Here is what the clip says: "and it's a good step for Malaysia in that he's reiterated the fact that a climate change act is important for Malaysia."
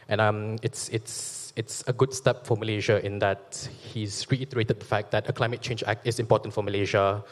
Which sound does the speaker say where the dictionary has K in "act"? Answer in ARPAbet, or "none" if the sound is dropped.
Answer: K